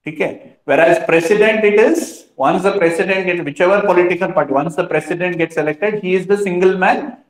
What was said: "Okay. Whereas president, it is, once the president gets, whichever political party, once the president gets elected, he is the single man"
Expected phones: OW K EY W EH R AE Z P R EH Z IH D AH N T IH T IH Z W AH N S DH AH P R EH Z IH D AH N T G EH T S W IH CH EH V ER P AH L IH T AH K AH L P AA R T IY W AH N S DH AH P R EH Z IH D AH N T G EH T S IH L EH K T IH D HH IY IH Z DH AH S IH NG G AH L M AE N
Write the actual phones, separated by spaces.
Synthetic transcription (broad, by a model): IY K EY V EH R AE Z P R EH S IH D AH N T IH T IH Z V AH N S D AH P R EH S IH D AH N T G EH T S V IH CH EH V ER P AH L IH T AH K AH L P AA R T IY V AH N S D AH P R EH S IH D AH N T G EH T S IH L EH K T IH D HH IY IH Z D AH S IH NG G AH L M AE N